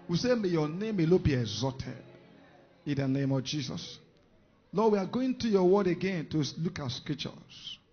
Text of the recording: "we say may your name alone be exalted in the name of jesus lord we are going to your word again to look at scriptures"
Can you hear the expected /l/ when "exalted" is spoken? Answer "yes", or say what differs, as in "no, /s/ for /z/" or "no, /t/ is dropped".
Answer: no, /l/ is dropped